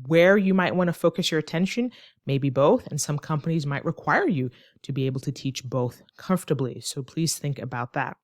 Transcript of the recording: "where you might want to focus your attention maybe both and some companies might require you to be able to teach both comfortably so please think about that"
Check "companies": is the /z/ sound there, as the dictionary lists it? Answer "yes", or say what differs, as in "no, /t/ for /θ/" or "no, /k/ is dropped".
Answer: yes